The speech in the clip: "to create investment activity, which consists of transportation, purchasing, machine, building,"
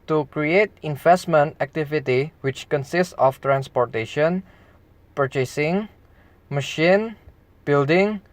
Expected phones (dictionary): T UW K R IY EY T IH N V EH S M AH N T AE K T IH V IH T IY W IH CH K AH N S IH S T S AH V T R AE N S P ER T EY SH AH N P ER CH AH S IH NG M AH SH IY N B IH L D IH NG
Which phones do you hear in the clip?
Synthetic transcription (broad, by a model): T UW K R IY EY T IH N V EH S M AH N T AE K T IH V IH T IY W IH CH K AH N S IH S T S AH F T R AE N S P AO T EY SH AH N P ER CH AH S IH NG M AH SH IY N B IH L D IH NG